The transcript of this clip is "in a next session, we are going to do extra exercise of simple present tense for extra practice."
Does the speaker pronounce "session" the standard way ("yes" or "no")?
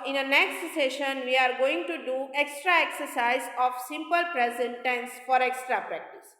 yes